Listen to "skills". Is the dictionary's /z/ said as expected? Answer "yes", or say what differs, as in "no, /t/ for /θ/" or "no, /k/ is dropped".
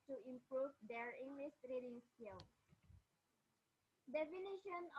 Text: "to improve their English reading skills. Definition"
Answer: no, /z/ is dropped